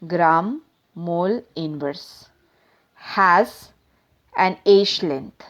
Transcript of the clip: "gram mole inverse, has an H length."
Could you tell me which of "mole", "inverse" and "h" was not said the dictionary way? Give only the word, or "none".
h